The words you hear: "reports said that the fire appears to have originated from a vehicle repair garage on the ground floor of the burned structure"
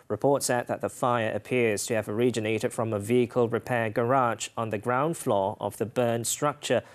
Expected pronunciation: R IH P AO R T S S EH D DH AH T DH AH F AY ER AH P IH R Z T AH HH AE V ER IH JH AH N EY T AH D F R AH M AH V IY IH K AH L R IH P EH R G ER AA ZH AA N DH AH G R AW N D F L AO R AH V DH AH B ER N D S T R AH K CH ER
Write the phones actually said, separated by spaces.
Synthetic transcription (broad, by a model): R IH P AO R T S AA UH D DH AH T DH AH F AY ER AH P IH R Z T AH V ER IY JH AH N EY T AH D F R AH M AH V IY IH K AH L R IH P EH G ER AA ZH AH N DH AH G R AW N D F L AO R AH V DH AH B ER N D S T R AH K CH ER